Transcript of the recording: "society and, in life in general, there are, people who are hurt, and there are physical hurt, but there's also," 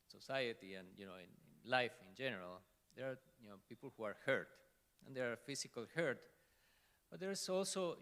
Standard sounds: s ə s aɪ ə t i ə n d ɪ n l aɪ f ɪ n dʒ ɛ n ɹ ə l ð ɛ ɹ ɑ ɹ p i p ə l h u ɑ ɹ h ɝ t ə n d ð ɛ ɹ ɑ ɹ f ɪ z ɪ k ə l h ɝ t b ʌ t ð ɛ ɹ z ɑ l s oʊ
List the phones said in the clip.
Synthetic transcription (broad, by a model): s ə s aɪ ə t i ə n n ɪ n l aɪ f ɪ n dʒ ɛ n ɹ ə l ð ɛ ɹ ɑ ɹ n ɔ p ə l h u ɑ ɹ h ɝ t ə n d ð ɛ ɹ ɑ ɹ f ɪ s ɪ k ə l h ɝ t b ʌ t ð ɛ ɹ s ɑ l s oʊ